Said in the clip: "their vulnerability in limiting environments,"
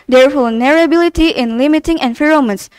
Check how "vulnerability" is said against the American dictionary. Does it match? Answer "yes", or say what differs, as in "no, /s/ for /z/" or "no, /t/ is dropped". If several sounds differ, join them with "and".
no, /f/ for /v/